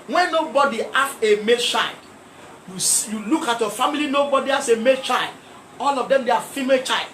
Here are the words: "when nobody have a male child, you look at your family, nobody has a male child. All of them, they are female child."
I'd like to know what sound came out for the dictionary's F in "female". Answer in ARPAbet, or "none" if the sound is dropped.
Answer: F